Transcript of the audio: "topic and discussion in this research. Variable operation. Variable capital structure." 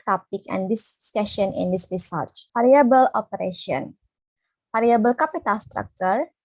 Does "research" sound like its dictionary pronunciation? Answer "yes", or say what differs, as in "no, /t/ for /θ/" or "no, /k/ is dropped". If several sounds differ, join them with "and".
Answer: yes